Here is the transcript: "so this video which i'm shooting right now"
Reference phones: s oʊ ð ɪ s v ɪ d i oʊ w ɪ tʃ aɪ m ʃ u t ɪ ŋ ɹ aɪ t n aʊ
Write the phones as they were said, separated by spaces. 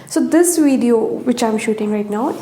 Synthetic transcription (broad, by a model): s oʊ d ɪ s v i d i oʊ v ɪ tʃ aɪ m ʃ u t ɪ ŋ ɹ aɪ t n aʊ